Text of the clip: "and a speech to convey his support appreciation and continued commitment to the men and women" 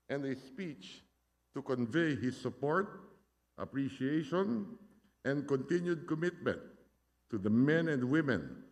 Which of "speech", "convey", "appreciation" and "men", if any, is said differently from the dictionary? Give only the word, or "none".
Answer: none